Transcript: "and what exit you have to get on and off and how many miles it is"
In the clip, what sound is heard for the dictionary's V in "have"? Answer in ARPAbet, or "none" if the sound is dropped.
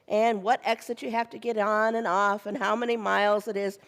F